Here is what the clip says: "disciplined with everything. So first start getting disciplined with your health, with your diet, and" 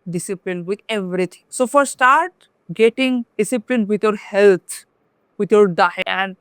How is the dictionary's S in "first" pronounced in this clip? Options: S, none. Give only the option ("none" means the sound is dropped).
none